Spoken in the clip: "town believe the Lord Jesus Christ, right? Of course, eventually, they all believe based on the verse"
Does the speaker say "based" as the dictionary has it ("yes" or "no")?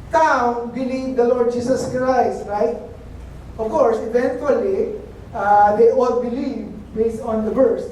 yes